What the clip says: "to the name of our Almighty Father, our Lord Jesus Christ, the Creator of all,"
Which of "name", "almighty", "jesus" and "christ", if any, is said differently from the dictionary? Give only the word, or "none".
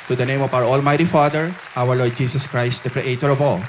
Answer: jesus